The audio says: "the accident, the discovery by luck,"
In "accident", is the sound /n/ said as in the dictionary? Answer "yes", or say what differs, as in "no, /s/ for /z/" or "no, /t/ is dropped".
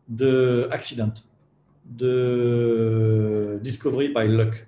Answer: no, /n/ is dropped